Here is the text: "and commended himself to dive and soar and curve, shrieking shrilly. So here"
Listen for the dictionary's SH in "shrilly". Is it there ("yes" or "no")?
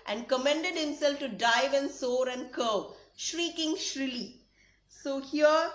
yes